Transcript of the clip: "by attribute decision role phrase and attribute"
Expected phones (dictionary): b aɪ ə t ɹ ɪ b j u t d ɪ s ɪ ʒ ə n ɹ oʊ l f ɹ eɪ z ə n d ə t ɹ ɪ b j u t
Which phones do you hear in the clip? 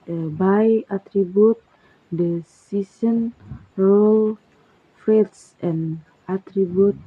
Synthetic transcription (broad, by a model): b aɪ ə t ɹ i b j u t d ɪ s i s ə n ɹ oʊ l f ɹ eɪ s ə n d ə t ɹ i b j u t